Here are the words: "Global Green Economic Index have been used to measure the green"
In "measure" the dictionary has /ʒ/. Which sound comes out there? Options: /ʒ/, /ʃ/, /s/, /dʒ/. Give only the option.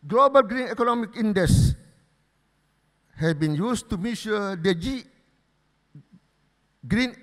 /ʃ/